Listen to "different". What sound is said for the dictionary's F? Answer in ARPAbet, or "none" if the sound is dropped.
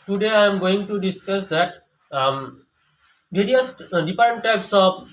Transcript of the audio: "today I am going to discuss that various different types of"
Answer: P